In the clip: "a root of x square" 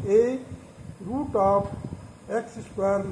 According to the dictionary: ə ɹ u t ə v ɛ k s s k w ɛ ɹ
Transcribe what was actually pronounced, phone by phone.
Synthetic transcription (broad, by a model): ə ɹ u t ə p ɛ k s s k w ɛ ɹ